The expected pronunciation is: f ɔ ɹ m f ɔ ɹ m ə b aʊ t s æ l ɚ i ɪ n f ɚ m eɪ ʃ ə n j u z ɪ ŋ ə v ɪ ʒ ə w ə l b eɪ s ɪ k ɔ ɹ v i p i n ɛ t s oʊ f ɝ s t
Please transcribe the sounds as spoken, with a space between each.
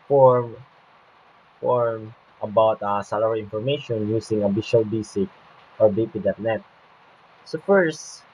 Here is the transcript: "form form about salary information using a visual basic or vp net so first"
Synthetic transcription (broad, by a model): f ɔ ɹ m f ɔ ɹ m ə b aʊ t s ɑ l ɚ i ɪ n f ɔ m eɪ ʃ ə n j u s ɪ ŋ ə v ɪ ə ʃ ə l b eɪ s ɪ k ɔ ɹ b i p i n ɛ t s oʊ f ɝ s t